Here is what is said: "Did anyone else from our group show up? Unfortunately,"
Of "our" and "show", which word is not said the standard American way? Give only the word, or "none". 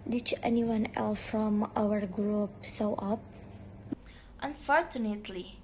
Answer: show